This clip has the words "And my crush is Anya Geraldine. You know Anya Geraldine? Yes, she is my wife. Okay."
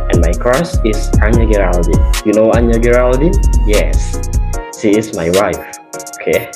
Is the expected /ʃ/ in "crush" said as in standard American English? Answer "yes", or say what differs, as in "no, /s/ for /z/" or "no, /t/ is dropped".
no, /s/ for /ʃ/